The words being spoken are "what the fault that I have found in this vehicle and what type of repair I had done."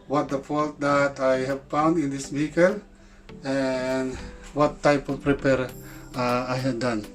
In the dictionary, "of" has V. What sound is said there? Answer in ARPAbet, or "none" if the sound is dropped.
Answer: P